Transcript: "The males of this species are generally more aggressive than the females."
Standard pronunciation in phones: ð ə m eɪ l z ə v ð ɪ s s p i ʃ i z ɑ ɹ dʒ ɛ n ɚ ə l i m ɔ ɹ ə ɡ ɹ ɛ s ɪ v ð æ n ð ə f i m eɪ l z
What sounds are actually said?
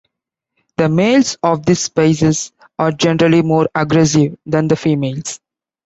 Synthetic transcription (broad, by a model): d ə m eɪ l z ə v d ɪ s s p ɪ s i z ɑ ɹ dʒ ɛ n ɚ ə l i m ɔ ɹ ə ɡ ɹ ɛ s ɪ v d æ n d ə f i m eɪ l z